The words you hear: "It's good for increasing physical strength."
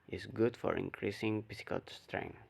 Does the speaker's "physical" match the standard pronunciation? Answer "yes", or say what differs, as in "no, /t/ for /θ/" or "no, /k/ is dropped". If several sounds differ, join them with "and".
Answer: no, /p/ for /f/ and /s/ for /z/